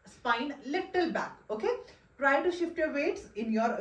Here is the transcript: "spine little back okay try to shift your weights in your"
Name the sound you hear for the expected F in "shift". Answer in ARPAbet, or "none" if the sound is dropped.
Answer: F